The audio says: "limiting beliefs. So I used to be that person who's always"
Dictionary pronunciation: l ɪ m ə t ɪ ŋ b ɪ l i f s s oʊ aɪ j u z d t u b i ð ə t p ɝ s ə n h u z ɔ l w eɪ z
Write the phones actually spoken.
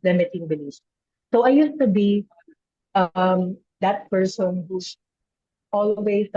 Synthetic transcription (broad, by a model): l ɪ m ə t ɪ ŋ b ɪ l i s s oʊ aɪ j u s t u b i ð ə t p ɝ s ə n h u s ɔ l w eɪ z